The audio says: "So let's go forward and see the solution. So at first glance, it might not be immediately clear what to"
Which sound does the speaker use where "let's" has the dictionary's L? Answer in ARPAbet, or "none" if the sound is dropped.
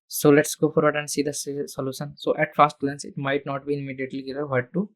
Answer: L